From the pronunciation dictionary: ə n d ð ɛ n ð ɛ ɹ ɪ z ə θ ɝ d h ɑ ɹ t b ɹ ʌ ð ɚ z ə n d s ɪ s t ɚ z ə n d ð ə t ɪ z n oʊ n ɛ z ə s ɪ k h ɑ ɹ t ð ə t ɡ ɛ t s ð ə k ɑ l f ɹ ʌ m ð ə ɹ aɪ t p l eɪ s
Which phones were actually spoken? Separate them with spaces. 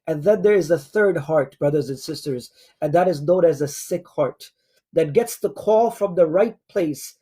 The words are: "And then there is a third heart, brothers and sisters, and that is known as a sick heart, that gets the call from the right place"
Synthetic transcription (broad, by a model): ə n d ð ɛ n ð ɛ ɹ ɪ z ə θ ɝ d h ɑ ɹ t b ɹ ʌ ð ɚ z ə n s ɪ s t ɚ z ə n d ð ə t ɪ z n oʊ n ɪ z ə s ɪ k h ɑ ɹ t ð ə t ɡ ɛ t s ð ə k ɑ l f ɹ ʌ m ð ə ɹ aɪ t p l eɪ s